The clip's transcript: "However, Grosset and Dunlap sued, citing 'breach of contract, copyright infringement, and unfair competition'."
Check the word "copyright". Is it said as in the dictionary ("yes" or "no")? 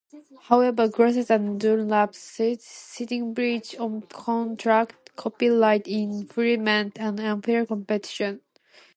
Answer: no